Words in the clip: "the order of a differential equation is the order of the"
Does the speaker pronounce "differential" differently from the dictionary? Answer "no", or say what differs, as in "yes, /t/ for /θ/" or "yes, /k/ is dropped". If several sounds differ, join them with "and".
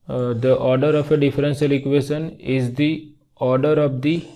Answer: yes, /s/ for /ʃ/